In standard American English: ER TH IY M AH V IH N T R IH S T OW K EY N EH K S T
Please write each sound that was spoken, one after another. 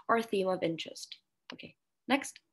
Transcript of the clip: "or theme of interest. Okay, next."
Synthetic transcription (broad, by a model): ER TH IY M AH V IH N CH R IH S T OW K EY N EH K S T